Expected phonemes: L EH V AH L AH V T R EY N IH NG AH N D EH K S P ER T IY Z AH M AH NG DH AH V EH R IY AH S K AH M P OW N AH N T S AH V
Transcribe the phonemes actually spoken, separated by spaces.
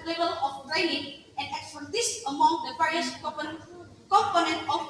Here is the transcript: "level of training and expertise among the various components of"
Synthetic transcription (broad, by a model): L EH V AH L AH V T R EY N IH NG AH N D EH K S F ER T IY S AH M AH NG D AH P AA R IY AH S K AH M P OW N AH N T AH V